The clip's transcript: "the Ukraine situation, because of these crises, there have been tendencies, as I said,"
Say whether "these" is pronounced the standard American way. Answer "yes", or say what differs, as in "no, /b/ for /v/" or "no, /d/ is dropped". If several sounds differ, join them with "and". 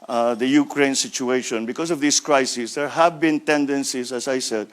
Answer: no, /s/ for /z/